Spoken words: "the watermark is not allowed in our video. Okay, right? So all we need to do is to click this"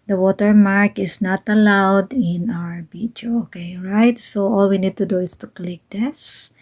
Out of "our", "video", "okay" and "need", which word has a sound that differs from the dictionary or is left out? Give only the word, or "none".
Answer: video